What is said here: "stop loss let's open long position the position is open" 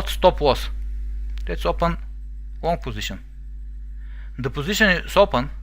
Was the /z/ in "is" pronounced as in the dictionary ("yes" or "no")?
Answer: no